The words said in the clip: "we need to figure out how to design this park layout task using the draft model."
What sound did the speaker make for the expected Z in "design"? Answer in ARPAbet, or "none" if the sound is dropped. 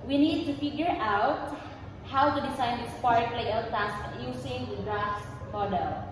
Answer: S